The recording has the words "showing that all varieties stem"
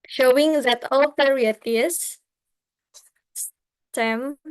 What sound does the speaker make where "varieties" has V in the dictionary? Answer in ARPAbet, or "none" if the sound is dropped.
P